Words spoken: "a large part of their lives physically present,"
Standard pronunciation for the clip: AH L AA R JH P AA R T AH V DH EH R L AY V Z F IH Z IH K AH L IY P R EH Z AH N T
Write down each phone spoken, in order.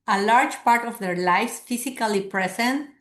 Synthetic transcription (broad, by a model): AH L AA R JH P AA R T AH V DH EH R L AY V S F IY S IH K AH L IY P R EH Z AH N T